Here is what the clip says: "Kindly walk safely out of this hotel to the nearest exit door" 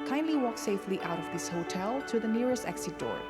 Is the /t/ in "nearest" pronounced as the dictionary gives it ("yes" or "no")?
yes